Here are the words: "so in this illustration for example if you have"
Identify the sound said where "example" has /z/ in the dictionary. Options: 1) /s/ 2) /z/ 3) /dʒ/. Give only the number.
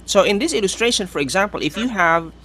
2